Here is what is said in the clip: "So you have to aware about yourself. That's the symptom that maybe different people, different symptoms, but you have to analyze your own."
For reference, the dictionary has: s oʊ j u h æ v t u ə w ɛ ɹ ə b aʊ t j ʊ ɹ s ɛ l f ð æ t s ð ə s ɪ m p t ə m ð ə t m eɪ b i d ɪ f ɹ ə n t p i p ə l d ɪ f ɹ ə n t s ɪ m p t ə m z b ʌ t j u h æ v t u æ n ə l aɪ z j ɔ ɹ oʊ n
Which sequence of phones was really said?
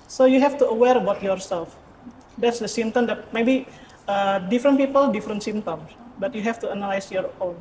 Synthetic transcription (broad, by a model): s oʊ j u h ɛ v t u ə w ɛ ɹ ə b aʊ t j ʊ ɹ s ɛ l f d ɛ t s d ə s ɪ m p t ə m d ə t m eɪ b i d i f ɹ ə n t p i p ə l d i f ɹ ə n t s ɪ m t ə m s b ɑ t j u h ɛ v t u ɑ n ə l aɪ s j ɔ ɹ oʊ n